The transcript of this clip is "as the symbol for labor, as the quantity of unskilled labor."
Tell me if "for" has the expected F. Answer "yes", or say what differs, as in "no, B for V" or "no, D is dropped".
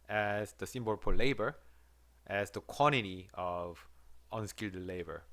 no, P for F